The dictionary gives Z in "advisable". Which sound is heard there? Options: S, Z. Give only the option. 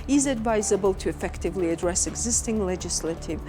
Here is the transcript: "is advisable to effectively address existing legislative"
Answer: Z